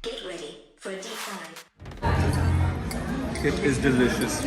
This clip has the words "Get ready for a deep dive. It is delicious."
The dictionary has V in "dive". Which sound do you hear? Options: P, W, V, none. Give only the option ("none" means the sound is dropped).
none